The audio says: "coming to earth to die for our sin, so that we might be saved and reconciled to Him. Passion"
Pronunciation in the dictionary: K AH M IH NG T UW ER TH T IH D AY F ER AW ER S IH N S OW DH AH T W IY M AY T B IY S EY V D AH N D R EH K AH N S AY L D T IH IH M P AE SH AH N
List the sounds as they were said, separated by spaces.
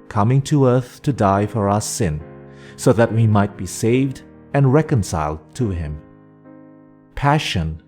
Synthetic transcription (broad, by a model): K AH M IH NG T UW ER TH T IH D AY F ER AW ER S IH N S OW DH AH T W IY M AY T B IY S EY V D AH N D R EH K AH N S AY L D T IH IH M P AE SH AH N